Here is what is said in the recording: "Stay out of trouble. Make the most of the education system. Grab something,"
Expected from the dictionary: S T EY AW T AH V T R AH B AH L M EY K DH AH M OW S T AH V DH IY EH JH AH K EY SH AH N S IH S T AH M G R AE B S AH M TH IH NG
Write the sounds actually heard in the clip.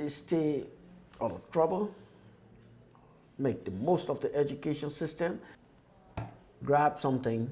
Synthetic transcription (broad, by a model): S T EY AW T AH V T R AH B AH L M EY K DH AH M OW S T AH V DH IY EH JH AH K EY SH AH N S IH S T AH M G R AE B S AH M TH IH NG